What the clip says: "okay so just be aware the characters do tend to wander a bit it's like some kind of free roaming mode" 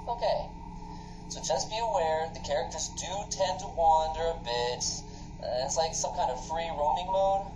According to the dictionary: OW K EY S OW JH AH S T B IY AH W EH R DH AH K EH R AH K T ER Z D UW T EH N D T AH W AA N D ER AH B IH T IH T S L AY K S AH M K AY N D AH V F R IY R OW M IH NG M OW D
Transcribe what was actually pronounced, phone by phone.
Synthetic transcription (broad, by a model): OW K EY S OW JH AH S B IY AH W EH R DH AH K EH R AH K T ER Z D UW T EH N T AH W AA N D ER AH B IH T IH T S L AY K S AH M K AY N D AH V F R IY R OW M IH NG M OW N